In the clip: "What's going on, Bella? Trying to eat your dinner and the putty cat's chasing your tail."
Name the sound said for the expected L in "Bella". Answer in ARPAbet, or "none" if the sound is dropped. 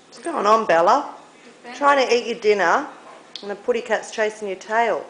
L